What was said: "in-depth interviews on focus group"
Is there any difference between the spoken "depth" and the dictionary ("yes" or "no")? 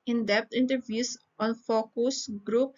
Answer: yes